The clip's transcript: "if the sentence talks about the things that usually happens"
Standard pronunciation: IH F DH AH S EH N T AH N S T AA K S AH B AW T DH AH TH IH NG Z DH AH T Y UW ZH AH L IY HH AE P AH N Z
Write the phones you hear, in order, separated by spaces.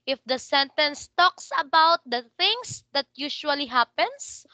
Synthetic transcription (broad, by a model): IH F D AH S EH N T AH N S T AA K S AH B AW T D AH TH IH NG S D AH T Y UW SH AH L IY HH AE P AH N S